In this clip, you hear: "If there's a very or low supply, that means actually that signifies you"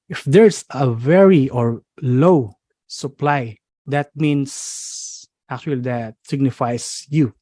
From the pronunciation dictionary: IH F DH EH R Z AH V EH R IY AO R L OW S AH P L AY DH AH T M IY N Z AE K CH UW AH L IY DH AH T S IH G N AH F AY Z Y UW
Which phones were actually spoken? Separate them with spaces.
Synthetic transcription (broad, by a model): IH F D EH R S AH V EH R IY AO R L OW S AH P L AY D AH T M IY N S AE K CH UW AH L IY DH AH T S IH G N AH F AY S Y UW